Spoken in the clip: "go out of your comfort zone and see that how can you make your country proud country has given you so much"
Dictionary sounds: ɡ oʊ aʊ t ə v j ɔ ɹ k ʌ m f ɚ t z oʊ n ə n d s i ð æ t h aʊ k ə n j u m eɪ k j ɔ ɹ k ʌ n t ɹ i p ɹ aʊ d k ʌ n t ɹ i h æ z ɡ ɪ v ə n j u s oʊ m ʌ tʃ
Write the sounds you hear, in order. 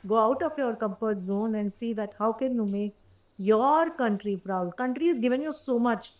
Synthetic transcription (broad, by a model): ɡ oʊ aʊ t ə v j ɔ ɹ k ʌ m p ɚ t z oʊ n ə n d s i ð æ t h aʊ k ə n j u m eɪ k j ɔ ɹ k ʌ n t ɹ i p ɹ aʊ d k ʌ n t ɹ i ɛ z ɡ ɪ v ə n j u s oʊ m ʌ tʃ